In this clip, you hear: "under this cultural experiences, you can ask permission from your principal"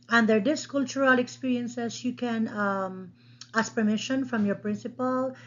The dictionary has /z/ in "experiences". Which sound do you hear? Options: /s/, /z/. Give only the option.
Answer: /s/